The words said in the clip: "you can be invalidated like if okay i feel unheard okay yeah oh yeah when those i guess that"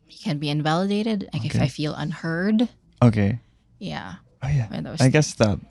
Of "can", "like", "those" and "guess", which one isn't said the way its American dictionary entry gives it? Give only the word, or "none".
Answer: those